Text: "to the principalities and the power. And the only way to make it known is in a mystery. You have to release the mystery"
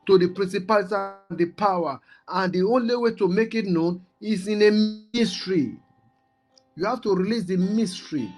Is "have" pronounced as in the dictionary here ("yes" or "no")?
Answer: no